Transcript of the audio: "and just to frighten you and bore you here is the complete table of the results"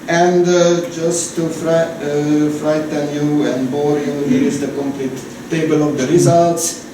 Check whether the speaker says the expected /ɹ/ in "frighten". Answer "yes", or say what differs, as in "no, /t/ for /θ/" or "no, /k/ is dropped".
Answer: yes